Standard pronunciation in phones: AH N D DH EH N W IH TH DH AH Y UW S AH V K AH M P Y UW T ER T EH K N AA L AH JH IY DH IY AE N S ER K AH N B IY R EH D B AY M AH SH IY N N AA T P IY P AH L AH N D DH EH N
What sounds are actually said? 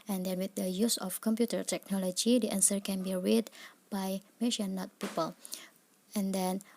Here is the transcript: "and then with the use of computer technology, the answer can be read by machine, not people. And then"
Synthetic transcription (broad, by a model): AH N D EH N W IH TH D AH Y UW S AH F K AH M P Y UW T ER T EH K N AA L AH JH IY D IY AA N S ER K AH N B IY R EH D B AY M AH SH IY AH N AA T P IY P AH L AH N D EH N